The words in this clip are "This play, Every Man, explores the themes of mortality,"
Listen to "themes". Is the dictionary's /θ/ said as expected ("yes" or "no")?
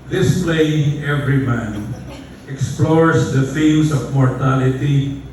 no